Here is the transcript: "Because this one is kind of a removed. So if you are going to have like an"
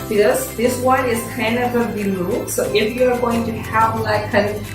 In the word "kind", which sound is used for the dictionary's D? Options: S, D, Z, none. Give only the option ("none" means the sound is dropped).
none